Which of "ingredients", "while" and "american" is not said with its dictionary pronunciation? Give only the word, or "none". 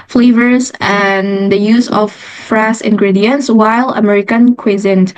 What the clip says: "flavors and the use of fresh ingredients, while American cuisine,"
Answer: none